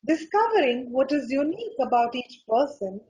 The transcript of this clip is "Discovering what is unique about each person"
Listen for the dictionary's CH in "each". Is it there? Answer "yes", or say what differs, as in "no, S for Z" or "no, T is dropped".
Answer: yes